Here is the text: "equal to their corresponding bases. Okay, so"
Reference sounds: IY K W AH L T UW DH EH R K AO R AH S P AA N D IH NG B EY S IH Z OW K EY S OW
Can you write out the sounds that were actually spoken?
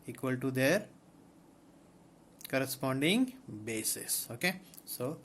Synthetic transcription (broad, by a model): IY K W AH L T UW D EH R K AO R AH S P AA N D IH NG B EY S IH S OW K EY S OW